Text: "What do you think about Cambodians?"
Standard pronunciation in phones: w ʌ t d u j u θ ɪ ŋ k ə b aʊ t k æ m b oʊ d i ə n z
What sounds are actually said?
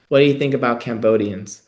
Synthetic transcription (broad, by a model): w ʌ t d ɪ j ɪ θ ɪ ŋ k ə b aʊ t k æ m b oʊ d i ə n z